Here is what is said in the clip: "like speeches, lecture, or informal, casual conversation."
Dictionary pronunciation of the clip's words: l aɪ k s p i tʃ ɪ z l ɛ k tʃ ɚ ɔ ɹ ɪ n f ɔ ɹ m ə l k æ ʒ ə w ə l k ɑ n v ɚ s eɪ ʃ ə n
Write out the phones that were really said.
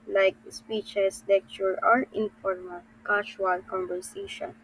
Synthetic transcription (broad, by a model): l aɪ k s p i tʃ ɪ s l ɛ k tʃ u ɔ ɹ ɪ n f ɔ ɹ m ə l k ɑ ʃ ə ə l k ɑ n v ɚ s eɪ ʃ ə n